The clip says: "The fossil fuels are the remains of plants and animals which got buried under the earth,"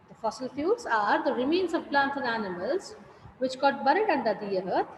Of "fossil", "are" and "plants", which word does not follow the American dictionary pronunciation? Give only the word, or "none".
plants